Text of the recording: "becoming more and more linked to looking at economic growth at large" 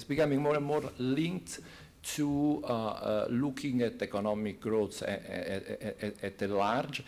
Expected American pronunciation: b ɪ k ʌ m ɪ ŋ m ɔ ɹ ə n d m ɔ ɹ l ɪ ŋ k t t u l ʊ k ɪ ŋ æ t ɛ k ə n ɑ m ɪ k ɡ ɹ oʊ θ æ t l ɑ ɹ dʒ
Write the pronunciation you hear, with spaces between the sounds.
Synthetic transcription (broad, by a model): b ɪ k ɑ m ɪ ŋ m ɔ ɹ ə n m ɔ ɹ l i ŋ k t t u l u k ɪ ŋ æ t ɛ k ə n ɑ m ɪ k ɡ ɹ oʊ s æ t l ɑ ɹ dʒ